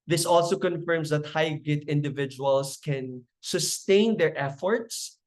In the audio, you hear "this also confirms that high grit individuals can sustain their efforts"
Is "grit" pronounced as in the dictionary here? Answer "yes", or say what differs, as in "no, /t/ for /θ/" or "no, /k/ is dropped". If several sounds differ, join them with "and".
no, /ɹ/ is dropped